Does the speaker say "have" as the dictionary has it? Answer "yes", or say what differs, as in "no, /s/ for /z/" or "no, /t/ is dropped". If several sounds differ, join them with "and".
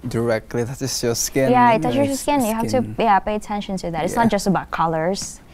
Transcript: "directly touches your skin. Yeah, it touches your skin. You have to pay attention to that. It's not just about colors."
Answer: no, /f/ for /v/